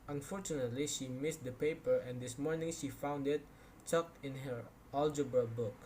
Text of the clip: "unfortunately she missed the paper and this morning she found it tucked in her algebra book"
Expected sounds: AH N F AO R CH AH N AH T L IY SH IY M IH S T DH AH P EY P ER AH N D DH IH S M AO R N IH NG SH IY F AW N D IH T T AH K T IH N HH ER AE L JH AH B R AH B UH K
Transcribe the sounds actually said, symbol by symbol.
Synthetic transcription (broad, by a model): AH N F AO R CH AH N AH T L IY SH IY M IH S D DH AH P EY P ER AH N D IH S M AO R N IH NG SH IY F AW N D IH T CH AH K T IH N HH ER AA L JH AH B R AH B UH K